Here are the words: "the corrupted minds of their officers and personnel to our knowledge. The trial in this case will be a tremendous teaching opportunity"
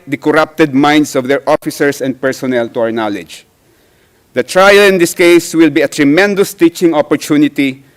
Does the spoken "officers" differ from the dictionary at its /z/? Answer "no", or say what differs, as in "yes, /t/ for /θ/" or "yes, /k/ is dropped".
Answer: yes, /s/ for /z/